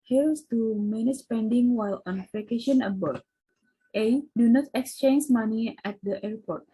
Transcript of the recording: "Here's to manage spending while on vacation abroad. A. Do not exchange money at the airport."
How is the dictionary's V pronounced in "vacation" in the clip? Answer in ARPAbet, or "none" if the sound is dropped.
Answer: P